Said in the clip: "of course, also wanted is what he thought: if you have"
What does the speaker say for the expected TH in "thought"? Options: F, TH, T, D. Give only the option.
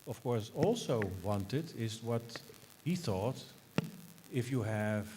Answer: TH